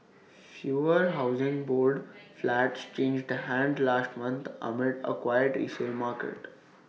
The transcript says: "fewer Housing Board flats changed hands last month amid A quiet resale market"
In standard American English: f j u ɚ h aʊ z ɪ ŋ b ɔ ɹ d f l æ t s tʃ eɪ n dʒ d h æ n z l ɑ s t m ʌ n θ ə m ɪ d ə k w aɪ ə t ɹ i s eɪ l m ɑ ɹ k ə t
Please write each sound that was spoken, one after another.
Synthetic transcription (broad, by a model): f j u ɚ h aʊ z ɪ ŋ b ɔ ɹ d f l æ t s tʃ eɪ n dʒ d h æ n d l ɑ s t m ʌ n t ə m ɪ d ə k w aɪ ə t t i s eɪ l m ɑ ɹ k ə t